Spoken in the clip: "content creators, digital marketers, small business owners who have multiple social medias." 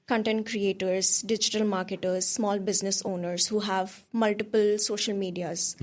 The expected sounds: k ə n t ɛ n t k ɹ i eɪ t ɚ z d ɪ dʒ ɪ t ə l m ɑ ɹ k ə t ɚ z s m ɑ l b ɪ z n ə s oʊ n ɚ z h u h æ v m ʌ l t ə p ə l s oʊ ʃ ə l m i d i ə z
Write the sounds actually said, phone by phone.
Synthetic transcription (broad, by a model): k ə n t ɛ n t k ɹ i eɪ t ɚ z d ɪ dʒ ɪ t ə l m ɑ ɹ k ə t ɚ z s m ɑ l b ɪ z n ə s oʊ n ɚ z h u h æ v m ʌ l t ə p ə l s oʊ ʃ ə l m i d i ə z